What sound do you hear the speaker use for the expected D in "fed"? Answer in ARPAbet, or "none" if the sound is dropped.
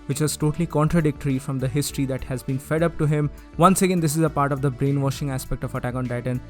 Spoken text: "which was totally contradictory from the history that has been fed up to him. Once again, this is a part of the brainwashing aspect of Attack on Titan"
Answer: D